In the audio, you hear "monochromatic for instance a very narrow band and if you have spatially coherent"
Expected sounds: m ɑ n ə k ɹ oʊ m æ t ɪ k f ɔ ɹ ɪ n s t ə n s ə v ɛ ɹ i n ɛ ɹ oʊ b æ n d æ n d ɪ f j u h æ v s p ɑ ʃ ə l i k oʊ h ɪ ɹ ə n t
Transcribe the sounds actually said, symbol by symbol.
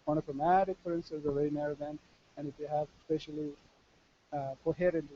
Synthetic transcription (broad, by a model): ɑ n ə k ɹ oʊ m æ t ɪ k f ɔ ɹ ɪ n s t ə n s ə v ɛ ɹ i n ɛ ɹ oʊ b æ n æ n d ɪ f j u h æ v s p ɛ ʃ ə l i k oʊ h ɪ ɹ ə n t